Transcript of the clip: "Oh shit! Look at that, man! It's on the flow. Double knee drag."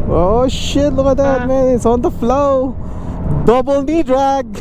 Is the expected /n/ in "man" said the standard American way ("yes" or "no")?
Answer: no